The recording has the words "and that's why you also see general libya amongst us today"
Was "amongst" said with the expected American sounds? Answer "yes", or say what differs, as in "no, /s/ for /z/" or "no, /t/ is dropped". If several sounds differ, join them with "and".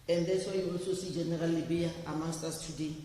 no, /ŋ/ is dropped